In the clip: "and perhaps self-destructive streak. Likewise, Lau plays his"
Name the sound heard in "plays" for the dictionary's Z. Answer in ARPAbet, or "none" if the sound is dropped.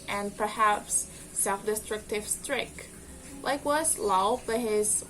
none